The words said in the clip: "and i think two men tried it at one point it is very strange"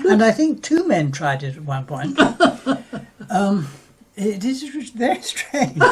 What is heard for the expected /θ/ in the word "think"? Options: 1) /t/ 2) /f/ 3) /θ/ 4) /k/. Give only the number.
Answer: 3